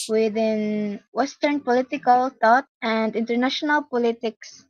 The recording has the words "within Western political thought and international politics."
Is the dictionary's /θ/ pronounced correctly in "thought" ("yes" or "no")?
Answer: no